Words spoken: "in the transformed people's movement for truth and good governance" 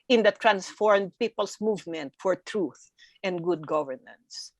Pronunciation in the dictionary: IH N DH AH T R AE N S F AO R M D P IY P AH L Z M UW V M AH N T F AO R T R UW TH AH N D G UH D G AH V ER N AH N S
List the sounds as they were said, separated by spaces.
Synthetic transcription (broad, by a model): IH N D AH T R AE N S F AO R M D P IY P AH L S M UW V M AH N T F AO R T R UW TH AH N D G UH D G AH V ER N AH N S